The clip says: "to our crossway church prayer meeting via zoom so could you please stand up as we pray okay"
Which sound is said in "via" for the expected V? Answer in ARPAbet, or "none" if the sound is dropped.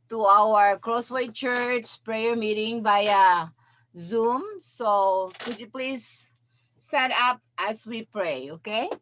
B